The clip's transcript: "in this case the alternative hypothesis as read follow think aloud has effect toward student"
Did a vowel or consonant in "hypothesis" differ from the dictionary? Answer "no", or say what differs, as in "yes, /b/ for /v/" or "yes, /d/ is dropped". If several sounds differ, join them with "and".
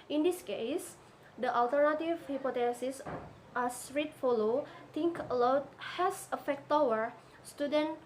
yes, /t/ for /θ/